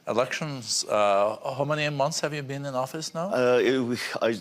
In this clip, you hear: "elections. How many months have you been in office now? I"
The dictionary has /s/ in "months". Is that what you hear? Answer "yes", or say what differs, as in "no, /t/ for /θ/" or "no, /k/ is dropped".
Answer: yes